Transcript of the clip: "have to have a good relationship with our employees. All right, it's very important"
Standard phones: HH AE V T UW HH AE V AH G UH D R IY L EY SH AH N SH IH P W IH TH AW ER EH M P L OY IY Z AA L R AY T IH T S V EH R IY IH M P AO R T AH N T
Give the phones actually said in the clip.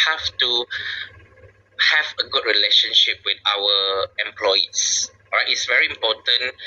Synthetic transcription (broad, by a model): HH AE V T UW HH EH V AH G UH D R IY L EY SH AH N SH IH P W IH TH AW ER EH M P L OY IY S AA R AY T IH T S V EH R IY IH M P AO T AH N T